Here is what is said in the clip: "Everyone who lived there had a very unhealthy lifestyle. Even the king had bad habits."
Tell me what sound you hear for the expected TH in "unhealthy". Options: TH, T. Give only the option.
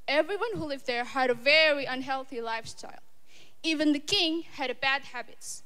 TH